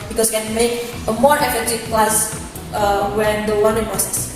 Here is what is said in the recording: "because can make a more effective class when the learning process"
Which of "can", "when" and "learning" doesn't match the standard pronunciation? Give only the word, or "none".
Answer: learning